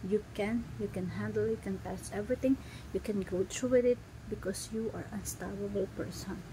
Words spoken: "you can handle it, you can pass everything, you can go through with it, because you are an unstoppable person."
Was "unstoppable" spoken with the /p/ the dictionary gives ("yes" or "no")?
no